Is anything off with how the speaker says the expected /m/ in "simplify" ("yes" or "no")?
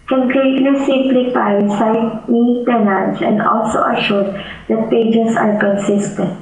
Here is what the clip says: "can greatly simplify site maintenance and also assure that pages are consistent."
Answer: yes